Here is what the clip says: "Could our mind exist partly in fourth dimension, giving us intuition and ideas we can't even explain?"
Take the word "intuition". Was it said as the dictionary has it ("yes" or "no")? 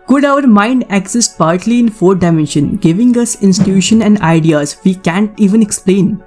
no